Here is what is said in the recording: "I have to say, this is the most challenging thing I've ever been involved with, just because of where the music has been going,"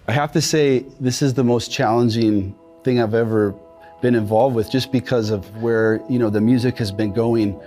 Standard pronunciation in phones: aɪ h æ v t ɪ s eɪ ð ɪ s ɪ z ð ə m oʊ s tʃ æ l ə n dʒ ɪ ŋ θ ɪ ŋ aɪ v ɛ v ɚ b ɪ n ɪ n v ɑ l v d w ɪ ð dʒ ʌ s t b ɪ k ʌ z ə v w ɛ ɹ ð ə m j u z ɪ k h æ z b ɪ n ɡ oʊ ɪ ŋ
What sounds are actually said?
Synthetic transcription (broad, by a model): aɪ h æ f t ɪ s eɪ ð ɪ s ɪ z ð ə m oʊ s tʃ æ l ə n dʒ ɪ ŋ θ ɪ ŋ aɪ v ɛ v ɚ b ɪ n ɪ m v ɑ l v d w ɪ ð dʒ ʌ s b ɪ k ʌ z ə v w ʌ ɹ ð ə m j u z ɪ k h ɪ z b ɪ n ɡ oʊ ɪ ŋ